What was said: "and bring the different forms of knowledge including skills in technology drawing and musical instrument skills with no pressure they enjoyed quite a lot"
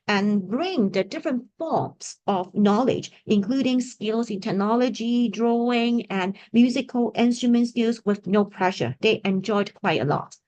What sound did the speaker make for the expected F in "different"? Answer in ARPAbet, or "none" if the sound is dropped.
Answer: F